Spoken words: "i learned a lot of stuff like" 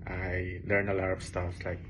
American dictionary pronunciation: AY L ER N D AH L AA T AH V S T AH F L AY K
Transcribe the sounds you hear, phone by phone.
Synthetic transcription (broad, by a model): AY L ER N AH L AA T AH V S T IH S L AY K